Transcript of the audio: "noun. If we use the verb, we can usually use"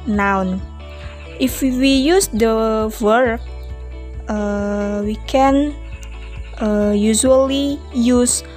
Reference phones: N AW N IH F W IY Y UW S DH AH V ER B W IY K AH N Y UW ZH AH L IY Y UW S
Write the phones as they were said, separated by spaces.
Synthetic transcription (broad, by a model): N AW N IH F W IY Y UW S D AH W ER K W IY K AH N Y UW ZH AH L IY Y UW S